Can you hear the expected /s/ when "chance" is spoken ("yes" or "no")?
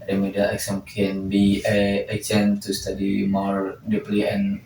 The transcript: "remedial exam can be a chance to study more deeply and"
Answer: no